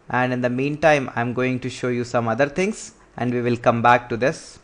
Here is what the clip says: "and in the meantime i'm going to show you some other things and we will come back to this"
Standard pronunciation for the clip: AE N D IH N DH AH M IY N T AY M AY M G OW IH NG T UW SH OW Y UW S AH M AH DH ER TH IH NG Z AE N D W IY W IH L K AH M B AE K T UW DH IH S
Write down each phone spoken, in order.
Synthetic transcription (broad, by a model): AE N D IH N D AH M IY N T AY M AY M G OW IH NG T UW SH OW Y UW S AH M AH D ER T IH NG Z AE N D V IY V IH L K AH M B AE K T UW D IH S